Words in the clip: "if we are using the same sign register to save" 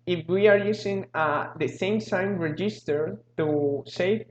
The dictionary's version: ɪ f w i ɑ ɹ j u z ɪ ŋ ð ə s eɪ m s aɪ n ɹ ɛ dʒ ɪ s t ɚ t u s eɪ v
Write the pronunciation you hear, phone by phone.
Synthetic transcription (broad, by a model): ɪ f w i ɑ ɹ j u s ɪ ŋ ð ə s eɪ m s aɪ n ɹ ɛ dʒ ɪ s t ɚ t u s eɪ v